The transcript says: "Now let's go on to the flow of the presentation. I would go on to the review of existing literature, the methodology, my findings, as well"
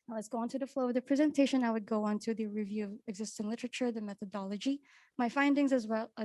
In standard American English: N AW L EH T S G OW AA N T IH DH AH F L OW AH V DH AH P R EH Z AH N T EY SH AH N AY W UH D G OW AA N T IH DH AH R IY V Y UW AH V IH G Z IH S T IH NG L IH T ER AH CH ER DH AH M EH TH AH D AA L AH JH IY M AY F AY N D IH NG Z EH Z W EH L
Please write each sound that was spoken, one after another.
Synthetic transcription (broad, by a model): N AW L EH T S G OW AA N T IH DH AH F L OW AH V DH AH P R EH Z AH N T EY SH AH N AY W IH D G OW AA N T IH DH AH R IY V Y UW AH V IH G Z IH S T IH NG L IH T ER AH CH ER DH AH M EH TH AH D AA L AH JH IY M AY F AY N D IH NG Z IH Z W EH L